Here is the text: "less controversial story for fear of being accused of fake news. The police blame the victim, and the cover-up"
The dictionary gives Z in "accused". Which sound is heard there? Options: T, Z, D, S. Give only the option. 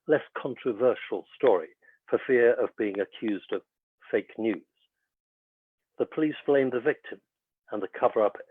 Z